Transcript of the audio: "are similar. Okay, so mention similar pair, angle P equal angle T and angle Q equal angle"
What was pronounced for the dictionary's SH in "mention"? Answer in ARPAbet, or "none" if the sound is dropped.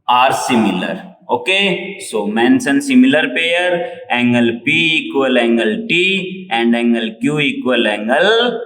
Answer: S